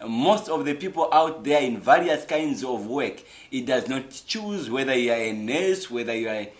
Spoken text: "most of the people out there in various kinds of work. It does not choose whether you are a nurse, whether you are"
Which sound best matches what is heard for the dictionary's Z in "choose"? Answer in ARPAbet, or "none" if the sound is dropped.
Z